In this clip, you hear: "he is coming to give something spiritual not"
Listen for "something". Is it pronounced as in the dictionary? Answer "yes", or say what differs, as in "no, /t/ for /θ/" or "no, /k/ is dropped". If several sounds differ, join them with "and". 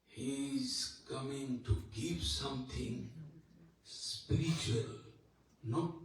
no, /t/ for /θ/